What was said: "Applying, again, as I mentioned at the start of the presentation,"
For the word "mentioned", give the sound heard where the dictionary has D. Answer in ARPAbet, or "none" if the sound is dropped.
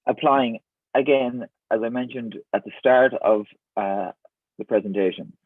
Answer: D